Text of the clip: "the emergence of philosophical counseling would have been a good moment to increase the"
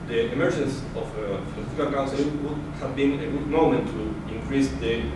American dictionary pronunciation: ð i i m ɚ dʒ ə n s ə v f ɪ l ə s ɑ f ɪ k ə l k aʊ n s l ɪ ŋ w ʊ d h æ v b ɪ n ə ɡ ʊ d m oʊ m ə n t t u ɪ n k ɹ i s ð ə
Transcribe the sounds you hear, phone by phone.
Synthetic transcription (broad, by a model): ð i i m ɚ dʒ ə n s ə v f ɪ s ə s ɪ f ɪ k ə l k aʊ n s ɪ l w ʊ d h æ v b ɪ n ə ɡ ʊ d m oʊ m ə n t t u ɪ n k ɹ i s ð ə